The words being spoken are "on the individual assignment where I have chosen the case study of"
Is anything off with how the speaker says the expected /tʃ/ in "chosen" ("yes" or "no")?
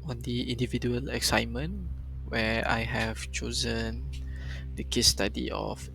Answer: no